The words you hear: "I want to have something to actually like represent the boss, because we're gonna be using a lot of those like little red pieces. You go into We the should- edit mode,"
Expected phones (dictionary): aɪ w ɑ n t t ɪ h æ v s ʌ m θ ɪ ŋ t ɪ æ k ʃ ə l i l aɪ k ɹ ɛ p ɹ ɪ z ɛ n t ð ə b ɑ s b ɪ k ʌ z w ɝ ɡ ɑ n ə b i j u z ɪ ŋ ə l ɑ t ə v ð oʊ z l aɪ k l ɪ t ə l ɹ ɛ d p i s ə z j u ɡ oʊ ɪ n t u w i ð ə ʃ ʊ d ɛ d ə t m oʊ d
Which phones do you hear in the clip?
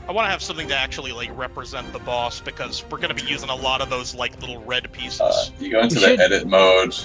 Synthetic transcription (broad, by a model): aɪ w ɑ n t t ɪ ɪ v s ʌ m θ ɪ ŋ t ɪ æ k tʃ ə l i l aɪ k ɹ ɛ p ɹ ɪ z ɛ n ð ə b ɑ s b ɪ k ʌ z w ɝ ɡ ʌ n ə b i j u z ɪ ŋ ə l ɑ t ə v ð oʊ z l aɪ k l ɪ t l ɹ ɛ d p i s ə z j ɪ ɡ oʊ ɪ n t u ð ə ɛ d ə t m oʊ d